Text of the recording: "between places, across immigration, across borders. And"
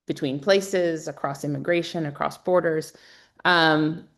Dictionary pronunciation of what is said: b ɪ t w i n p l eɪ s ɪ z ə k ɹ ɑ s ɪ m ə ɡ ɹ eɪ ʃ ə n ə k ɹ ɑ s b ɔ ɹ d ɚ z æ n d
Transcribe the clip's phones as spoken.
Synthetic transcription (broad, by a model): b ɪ t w i n p l eɪ s ɪ z ə k ɹ ɑ s ɪ m ə ɡ ɹ eɪ ʃ ə n ə k ɹ ɑ s b ɔ ɹ d ɚ z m